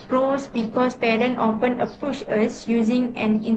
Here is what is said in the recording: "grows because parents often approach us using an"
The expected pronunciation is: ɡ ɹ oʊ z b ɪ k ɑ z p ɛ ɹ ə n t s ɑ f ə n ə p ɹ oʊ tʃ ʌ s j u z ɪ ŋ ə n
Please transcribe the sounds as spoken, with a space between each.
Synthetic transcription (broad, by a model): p ɹ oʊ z b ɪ k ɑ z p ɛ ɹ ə n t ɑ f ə n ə p u ʃ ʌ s j u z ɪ ŋ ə n